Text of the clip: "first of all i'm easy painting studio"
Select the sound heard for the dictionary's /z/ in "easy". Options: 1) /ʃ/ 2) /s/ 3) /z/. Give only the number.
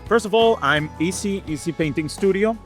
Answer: 2